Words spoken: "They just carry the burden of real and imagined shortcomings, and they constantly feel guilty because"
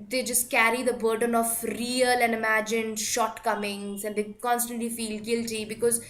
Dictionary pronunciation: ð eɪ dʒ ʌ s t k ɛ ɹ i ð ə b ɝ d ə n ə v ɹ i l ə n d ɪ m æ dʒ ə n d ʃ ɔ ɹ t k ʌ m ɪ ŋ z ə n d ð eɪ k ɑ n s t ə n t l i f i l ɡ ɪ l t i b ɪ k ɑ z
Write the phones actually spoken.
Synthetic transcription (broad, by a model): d eɪ dʒ ʌ s t k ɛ ɹ i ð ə b ɝ d ə n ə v ɹ i l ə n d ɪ m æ dʒ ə n ʃ ɔ ɹ t k ʌ m ɪ ŋ z ə n d eɪ k ɑ n s t ə n t l i f i l ɡ ɪ l t i b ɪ k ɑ z